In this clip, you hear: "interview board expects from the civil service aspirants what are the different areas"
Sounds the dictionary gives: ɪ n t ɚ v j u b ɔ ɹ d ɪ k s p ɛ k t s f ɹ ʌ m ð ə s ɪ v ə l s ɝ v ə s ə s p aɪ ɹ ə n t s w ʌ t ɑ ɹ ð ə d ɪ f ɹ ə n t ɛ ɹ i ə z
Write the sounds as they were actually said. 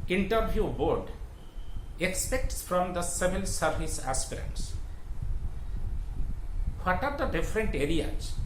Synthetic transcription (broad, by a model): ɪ n t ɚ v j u b ɔ ɹ d ɪ k s p ɛ k t s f ɹ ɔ m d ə s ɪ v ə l s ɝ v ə s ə s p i ɹ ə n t s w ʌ t ɑ ɹ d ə d ɪ f ɹ ə n t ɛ ɹ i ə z